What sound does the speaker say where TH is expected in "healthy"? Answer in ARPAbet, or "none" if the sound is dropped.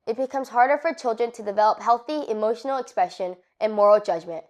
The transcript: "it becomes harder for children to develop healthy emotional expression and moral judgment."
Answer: TH